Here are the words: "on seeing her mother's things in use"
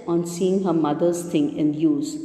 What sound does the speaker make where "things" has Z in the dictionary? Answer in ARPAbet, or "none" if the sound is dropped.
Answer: none